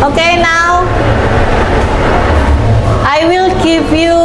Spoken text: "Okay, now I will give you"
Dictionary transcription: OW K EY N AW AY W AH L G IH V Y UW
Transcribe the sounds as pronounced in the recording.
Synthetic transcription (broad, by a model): OW K EY N AW AY W AH L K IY P Y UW